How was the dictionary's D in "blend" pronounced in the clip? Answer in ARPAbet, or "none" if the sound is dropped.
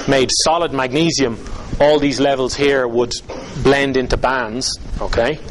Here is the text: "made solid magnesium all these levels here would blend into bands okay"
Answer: D